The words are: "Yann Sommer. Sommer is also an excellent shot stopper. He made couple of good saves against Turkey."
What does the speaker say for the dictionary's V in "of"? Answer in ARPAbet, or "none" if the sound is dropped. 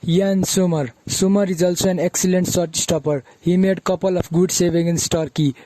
P